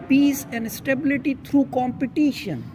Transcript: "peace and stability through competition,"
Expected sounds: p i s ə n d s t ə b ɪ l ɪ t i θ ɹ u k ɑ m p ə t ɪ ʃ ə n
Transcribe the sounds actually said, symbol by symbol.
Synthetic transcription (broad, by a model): p i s ə n d s t ə b ɪ l ɪ t i t ɹ u k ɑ m p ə t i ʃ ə n